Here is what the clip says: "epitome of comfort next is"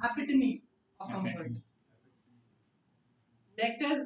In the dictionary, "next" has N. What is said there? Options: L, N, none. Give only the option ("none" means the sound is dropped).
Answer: L